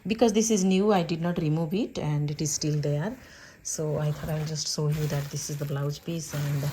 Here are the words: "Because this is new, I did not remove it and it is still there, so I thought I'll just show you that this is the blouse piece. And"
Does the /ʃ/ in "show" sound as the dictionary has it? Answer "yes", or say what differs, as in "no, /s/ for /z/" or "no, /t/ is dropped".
no, /s/ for /ʃ/